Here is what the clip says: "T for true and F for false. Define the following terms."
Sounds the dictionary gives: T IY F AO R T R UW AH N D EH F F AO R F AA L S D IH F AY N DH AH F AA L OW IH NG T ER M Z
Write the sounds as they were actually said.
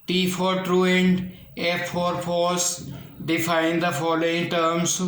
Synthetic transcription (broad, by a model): T IY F AO R T R UW AH N D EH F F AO R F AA S D IH F AY N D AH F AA L OW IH NG T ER M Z